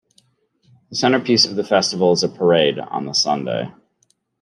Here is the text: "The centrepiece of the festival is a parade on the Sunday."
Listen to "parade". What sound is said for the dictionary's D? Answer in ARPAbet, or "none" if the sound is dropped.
D